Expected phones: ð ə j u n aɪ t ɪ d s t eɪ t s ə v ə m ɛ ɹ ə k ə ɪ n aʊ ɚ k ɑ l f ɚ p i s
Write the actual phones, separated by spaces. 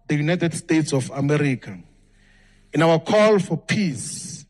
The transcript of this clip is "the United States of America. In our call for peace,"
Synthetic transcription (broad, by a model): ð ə j u n aɪ t ɪ d s t eɪ t s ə f ə m ɛ ɹ ə k ə ɪ n aʊ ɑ k ɑ l f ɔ p i s